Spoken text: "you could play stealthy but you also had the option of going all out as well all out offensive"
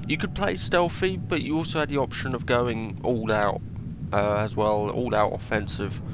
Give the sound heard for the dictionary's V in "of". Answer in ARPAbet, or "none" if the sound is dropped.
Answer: V